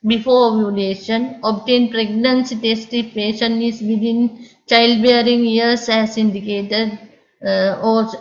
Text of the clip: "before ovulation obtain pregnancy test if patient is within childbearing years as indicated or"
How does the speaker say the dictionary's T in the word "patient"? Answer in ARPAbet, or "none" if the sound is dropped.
none